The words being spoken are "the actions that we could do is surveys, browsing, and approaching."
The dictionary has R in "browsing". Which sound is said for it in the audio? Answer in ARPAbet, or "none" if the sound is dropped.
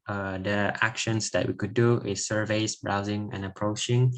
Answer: R